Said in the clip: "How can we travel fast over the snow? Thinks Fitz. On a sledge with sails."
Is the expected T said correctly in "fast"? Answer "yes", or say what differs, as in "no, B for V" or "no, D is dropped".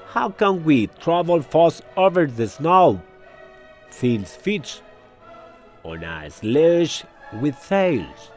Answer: no, T is dropped